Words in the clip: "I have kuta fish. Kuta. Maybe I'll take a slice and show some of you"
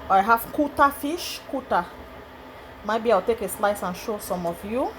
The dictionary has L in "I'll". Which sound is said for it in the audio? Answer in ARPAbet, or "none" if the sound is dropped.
W